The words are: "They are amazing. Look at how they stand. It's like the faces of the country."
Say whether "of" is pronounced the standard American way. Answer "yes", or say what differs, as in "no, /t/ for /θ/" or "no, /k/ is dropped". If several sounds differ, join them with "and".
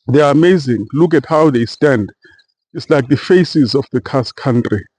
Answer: no, /f/ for /v/